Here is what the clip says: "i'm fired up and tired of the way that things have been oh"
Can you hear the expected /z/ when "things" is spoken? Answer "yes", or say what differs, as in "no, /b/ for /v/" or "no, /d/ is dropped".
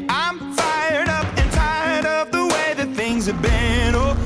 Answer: yes